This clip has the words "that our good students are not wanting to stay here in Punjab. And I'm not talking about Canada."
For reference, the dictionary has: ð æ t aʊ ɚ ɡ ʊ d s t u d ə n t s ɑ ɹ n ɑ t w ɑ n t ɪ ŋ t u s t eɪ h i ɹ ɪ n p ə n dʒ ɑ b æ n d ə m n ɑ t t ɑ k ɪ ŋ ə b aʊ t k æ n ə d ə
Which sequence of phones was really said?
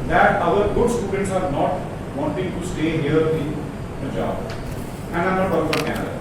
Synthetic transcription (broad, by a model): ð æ t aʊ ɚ ɡ ʊ d s t u d ə n t s ɑ ɹ n ɑ t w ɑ n t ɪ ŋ t u s t eɪ h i ɹ ɪ n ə dʒ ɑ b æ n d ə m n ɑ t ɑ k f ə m k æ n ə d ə